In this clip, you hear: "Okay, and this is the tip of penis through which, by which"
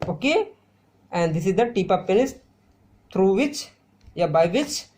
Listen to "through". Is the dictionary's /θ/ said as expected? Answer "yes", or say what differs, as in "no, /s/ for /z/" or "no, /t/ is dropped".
no, /t/ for /θ/